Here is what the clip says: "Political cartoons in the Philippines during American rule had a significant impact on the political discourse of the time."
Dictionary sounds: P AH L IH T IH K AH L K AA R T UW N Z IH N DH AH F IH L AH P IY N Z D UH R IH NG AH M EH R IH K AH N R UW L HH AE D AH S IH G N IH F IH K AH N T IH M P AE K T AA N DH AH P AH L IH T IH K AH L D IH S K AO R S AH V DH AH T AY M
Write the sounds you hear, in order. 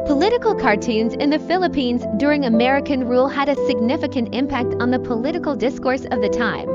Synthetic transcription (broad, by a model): P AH L IH T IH K L K AA R T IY N Z IH N DH AH F IH L AH P IY N Z D UH R IH NG AH M EH R IH K AH N R UW L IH D AH S IH G N IH F IH K AH N T IH M P AE K T N DH AH P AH L IH T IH K L D IH S K AO R S AH V DH AH T AY M